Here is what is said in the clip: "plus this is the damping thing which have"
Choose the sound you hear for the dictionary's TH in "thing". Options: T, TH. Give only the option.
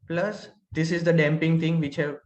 T